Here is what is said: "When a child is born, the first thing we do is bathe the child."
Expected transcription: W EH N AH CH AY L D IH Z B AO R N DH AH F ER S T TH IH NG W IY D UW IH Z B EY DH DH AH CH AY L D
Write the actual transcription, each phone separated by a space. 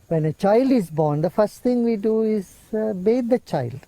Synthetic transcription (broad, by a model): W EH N AH CH AY L D IH Z B AO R N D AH F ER S T T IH NG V IY D UW IH Z B EY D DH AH CH AY L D